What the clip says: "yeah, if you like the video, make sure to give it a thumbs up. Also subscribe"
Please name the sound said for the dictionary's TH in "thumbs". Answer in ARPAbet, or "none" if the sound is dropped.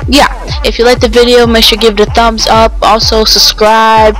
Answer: TH